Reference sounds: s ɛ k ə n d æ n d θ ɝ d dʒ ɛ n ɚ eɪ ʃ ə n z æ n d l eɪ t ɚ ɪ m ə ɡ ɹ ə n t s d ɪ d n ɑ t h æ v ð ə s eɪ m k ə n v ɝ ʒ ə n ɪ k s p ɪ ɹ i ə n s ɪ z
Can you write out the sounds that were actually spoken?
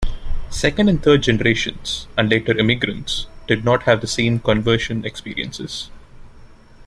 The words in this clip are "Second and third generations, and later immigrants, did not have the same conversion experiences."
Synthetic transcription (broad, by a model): s ɛ k ə n d æ n d t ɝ d dʒ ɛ n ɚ eɪ ʃ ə n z æ n d l eɪ t ɚ ɪ m ə ɡ ɹ ə n t s d ɪ d n ɑ t h æ v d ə s eɪ m k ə n v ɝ ʃ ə n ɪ k s p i ɹ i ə n s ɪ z